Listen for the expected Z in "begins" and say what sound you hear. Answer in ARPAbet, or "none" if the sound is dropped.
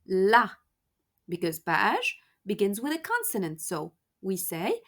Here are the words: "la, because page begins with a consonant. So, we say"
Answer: Z